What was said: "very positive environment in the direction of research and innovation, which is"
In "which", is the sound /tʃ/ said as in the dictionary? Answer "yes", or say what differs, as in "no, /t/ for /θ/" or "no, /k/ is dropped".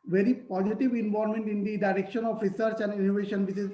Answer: no, /s/ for /tʃ/